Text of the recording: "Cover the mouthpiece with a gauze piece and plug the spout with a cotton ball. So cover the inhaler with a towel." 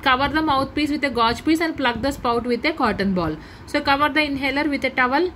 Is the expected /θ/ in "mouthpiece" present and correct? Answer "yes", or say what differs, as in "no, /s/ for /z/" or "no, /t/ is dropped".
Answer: no, /t/ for /θ/